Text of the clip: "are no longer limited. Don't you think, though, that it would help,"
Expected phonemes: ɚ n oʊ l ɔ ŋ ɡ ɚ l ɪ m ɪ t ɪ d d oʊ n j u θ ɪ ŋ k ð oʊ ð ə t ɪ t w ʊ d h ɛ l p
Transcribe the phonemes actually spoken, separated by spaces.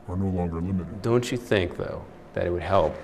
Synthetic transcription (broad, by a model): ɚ n oʊ l ɔ ŋ ɡ ɚ l ɪ m ɪ t ɪ d d oʊ n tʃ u θ ɪ ŋ k ð oʊ ð ə t ɪ t w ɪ d h ɛ l p